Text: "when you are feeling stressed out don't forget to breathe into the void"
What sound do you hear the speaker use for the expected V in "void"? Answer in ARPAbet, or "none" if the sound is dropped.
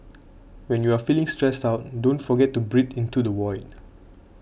W